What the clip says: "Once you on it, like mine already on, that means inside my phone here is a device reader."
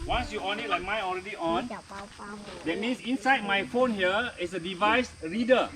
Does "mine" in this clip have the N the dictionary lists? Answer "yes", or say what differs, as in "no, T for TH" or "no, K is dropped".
no, N is dropped